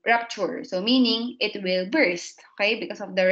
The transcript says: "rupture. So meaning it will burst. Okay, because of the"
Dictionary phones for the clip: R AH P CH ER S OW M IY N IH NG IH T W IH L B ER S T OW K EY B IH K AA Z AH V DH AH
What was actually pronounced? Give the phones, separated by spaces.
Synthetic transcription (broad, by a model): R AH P CH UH S OW M IY N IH NG IH T W IH L B ER S T OW K EY B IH K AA S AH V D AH